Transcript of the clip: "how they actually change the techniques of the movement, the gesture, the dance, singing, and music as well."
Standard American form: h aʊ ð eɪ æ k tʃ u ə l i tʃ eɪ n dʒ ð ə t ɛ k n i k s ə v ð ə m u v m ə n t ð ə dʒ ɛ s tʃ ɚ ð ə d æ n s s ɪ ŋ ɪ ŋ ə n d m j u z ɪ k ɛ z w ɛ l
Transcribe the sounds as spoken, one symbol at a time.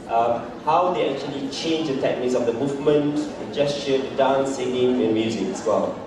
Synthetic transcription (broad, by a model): h aʊ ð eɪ æ k tʃ u ə l i tʃ eɪ n dʒ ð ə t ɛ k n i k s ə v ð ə m u v m ə n t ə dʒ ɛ s ʃ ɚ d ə d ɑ n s s ɪ ŋ ɪ ŋ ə n m j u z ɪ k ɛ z w ɛ l